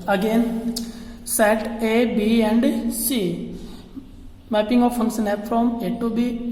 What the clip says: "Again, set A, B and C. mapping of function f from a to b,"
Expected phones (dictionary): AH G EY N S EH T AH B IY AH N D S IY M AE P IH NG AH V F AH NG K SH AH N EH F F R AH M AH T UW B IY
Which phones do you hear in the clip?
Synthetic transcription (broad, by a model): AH G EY N S EH T AH B IY AH N D S IY M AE P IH NG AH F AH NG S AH N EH P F R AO M AH T UW B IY